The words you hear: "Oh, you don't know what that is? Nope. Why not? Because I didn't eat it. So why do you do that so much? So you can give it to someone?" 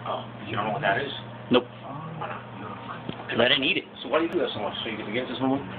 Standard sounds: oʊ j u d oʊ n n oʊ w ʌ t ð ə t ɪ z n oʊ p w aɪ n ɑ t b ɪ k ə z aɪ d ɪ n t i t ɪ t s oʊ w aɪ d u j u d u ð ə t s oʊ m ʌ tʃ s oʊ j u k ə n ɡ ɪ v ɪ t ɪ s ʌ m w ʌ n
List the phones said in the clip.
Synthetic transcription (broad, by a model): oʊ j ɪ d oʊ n n oʊ w ʌ t ð ə t ɪ z n oʊ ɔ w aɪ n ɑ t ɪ ə aɪ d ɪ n i t ɪ t s oʊ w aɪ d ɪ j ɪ d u ð ə t s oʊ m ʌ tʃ s oʊ j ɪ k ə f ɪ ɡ ɪ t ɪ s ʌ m w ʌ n